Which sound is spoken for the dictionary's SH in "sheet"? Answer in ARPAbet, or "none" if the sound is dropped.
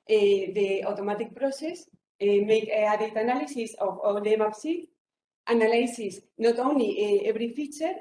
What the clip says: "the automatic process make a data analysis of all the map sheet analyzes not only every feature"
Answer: S